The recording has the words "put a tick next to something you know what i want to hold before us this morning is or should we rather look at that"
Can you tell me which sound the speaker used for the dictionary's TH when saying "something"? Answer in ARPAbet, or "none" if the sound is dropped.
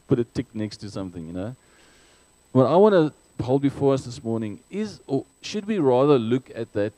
TH